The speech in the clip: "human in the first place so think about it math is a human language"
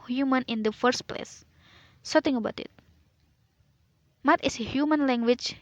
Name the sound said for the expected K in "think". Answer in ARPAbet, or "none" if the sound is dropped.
none